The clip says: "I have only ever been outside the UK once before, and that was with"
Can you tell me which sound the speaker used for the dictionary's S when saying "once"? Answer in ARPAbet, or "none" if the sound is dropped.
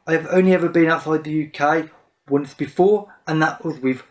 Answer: S